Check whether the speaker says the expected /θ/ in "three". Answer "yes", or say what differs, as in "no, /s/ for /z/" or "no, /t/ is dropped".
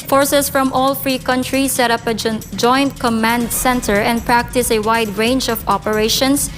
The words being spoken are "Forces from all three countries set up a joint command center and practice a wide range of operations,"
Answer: no, /f/ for /θ/